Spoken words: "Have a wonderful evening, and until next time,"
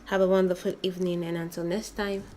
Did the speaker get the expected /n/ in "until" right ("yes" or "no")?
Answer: yes